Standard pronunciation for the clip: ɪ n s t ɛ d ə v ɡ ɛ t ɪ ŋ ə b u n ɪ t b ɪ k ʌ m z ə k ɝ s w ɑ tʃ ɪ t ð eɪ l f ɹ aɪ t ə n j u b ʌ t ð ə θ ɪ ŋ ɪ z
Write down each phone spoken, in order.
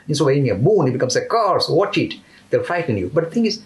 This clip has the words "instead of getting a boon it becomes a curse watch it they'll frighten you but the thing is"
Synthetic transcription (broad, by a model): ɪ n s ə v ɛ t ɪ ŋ ə b u n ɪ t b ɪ k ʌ m s ə k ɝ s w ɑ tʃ ɪ t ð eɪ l f aɪ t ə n j u b ʌ t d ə t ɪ ŋ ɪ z